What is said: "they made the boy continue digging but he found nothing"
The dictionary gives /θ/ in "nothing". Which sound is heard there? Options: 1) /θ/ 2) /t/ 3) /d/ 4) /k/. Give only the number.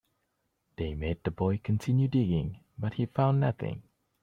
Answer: 1